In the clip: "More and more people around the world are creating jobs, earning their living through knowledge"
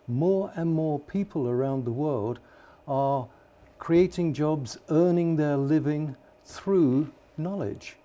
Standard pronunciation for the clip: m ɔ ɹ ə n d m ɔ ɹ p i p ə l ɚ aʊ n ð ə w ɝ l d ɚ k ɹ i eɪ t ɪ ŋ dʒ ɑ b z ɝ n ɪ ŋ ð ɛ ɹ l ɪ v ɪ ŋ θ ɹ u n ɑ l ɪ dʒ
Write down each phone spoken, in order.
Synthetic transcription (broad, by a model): m ɔ ɹ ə n m ɔ ɹ p i p ə l ɚ aʊ n ð ə w ɝ l d ɚ k ɹ i eɪ t ɪ ŋ dʒ ɑ b z ɝ n ɪ ŋ ð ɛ ɹ l ɪ v ɪ ŋ θ ɹ u n ɑ l ɪ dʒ